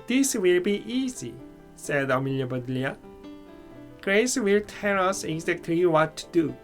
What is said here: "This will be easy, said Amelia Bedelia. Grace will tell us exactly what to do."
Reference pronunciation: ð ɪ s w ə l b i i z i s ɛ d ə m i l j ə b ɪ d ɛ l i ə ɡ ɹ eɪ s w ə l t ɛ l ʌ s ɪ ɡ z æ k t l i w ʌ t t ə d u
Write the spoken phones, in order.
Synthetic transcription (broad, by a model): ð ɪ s w ə l b i i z i s ɛ d ə m i l j ə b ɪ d l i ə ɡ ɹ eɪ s w ə l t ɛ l ʌ s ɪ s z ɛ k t i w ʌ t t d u